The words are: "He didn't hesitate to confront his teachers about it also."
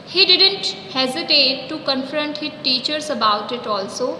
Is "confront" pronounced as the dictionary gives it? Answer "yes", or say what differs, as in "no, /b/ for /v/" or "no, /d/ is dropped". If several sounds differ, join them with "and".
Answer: yes